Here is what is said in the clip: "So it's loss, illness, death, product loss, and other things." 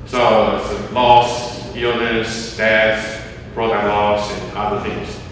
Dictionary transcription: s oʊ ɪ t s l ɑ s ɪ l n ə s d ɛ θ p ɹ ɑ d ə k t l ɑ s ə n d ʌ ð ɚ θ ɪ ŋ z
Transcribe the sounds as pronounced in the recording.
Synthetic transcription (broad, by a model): s oʊ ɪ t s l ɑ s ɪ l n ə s d ɛ θ b ɹ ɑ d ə l ɑ s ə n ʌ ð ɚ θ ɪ ŋ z